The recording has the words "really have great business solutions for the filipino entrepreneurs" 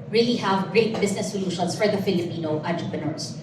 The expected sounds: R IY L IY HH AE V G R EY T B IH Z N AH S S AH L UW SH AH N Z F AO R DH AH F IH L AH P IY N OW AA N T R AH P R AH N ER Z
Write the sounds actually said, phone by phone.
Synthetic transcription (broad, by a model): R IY L IY HH AE V G R EY T B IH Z N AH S S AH L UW SH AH N S F AO R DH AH F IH L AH P IY N OW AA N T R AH P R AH N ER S